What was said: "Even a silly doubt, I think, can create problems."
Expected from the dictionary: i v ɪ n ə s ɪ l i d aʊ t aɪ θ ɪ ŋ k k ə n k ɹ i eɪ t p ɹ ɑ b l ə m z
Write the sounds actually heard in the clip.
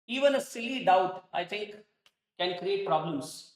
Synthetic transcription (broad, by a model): i v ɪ n ə s ɪ l i d aʊ t aɪ t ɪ ŋ k k ə n k ɹ i eɪ t p ɹ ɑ b l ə m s